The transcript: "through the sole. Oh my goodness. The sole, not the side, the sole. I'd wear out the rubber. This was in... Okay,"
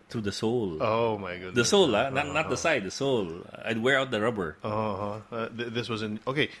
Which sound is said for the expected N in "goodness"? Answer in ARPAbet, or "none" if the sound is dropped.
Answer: none